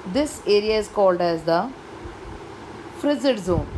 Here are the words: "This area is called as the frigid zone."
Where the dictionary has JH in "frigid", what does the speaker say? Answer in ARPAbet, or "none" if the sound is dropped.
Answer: Z